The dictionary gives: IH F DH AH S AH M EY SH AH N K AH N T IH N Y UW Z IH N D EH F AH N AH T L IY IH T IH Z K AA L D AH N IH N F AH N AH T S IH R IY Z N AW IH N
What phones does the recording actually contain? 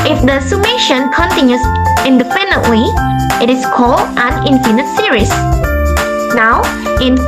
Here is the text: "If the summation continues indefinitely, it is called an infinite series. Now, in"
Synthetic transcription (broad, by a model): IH F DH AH S AH M EY SH AH N K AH N T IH N Y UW S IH N D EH P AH N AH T W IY IH T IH S K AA L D AH N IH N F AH N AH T S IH R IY S N AW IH N